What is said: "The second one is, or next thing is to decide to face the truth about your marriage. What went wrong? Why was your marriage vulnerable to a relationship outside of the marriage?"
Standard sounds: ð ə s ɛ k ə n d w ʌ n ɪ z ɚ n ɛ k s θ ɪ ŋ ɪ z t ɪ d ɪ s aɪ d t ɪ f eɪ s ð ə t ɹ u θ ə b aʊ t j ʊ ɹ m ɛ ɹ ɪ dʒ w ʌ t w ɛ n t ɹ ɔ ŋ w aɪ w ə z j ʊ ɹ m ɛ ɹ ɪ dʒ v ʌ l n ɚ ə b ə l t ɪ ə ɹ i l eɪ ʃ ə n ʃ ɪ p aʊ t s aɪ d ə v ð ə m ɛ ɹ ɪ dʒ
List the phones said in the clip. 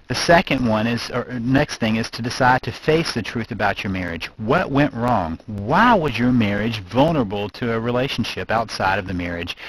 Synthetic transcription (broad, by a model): ð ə s ɛ k ə n d w ʌ n ɪ z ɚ n ɛ k s θ ɪ ŋ ɪ z t ɪ d ɪ s aɪ d t ɪ f eɪ s ð ə t ɹ u θ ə b aʊ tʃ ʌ ɹ m ɛ ɹ ɪ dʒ w ʌ t w ɛ n t ɹ ɔ ŋ w aɪ w ə z j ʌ ɹ m ɛ ɹ ɪ dʒ v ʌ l n ɚ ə b l t ɪ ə ɹ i l eɪ ʃ n ʃ ɪ p aʊ t s aɪ d ə v ð ə m ɛ ɹ ɪ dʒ